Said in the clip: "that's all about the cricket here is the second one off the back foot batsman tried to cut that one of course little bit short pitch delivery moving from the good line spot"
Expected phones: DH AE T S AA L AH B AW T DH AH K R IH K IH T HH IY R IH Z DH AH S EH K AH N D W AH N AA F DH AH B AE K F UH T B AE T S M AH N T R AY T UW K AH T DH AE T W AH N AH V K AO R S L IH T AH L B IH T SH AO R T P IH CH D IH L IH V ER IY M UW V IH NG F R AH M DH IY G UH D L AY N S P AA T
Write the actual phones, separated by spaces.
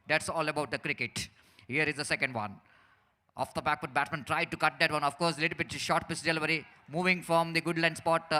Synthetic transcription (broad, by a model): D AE T S AA L AH B AW T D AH K R IH K IH T HH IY R IH Z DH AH S EH K AH N D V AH N AA F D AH B AE K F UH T B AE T M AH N T R AY T UW K AH T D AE T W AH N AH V K AO R S L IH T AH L B IH T SH AO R T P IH S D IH L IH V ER IY M UW V IH NG F R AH M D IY G UH D L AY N S P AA T